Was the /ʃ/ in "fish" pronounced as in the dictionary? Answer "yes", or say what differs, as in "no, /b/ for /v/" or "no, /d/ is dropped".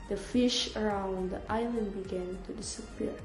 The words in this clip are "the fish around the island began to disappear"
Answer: yes